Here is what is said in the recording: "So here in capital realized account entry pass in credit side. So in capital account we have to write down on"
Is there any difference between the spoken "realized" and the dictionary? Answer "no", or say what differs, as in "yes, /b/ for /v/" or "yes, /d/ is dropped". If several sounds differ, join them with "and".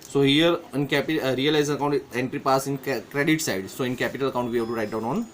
yes, /d/ is dropped